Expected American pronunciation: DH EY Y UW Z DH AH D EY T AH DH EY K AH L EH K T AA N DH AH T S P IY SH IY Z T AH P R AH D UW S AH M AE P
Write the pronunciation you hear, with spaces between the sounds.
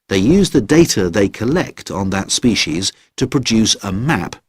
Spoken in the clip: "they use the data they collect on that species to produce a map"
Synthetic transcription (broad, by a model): DH EY Y UW Z DH AH D EY T AH DH EY K AH L EH K T N DH AH T S P IY SH IY Z T AH P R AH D UW S AH M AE P